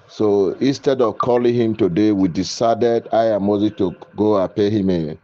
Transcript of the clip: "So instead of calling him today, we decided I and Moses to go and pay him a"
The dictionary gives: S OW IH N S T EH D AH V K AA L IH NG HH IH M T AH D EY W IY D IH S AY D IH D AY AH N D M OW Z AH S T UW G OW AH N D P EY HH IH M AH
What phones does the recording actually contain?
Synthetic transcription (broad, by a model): S OW IH N S T EH D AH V K AA L IH NG HH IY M T AH D EY W IY D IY S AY D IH D AY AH M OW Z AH T UW G OW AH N P EY HH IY M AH